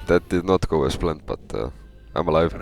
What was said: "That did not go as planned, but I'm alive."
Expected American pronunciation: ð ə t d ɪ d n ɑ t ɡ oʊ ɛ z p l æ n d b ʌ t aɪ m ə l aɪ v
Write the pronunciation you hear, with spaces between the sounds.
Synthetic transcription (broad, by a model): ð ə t d ɪ d n ɑ t ɡ oʊ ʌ s p l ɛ n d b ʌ t aɪ m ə l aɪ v